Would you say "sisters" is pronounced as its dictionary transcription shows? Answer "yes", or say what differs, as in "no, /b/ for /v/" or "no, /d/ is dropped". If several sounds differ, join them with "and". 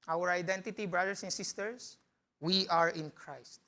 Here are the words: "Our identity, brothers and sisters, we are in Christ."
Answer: no, /s/ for /z/